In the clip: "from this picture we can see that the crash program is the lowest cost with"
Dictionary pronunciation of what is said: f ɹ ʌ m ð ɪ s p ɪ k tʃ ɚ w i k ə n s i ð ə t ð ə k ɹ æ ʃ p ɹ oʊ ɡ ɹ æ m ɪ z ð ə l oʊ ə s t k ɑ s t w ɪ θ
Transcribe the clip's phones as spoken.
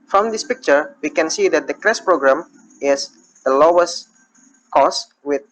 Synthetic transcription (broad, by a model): f ɹ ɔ m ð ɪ s p ɪ k tʃ ɚ w i k ə n s i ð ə t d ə k ɹ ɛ s p ɹ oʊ ɡ ɹ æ m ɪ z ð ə l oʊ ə s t k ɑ s w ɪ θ